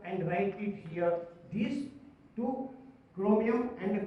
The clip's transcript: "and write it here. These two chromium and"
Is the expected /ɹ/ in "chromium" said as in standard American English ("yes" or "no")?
no